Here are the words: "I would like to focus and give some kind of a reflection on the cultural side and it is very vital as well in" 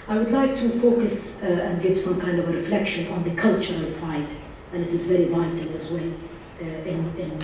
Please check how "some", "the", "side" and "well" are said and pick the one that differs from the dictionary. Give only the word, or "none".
well